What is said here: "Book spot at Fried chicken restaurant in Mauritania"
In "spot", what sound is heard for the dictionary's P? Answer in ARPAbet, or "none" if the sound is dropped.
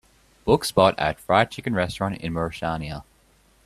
B